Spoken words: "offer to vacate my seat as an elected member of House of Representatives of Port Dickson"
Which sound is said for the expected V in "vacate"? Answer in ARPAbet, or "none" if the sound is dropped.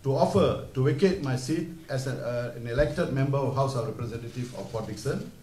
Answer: W